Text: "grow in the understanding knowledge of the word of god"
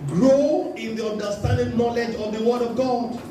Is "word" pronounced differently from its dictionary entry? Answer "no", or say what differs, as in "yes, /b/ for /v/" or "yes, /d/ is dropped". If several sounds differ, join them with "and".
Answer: no